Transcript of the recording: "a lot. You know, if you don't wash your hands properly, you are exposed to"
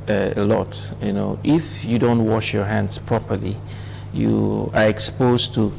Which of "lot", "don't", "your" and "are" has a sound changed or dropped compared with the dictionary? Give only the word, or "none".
none